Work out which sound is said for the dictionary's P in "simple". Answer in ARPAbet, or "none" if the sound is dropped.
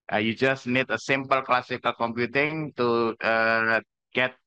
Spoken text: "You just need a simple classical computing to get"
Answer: P